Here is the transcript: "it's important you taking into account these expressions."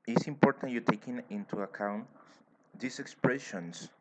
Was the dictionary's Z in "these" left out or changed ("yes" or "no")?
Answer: yes